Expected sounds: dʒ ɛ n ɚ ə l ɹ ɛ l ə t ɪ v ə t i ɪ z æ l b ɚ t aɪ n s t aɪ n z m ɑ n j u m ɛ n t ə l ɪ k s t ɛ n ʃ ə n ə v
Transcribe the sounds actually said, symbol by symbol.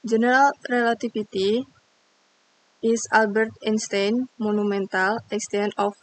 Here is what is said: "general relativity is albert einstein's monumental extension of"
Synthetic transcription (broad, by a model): dʒ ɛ n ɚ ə l ɹ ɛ l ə t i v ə t i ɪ s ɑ l b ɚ t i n s t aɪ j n m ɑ n u m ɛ n t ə l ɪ k s t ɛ n ə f